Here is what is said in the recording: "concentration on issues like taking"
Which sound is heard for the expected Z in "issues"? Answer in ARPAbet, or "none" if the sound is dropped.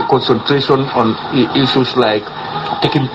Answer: S